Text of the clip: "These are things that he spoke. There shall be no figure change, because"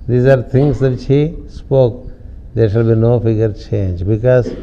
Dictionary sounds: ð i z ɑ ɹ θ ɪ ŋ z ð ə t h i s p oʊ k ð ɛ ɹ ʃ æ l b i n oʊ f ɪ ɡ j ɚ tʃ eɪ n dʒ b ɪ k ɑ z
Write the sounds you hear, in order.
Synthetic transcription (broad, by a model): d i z ɑ ɹ t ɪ ŋ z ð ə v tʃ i s p oʊ k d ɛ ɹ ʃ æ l b i n oʊ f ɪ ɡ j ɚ tʃ eɪ n dʒ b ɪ k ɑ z